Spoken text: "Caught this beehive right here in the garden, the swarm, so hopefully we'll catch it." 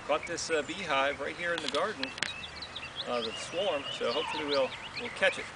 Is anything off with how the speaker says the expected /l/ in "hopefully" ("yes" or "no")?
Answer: yes